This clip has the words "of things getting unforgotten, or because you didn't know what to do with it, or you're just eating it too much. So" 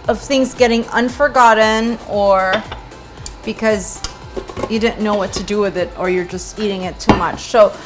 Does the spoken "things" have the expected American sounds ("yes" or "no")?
yes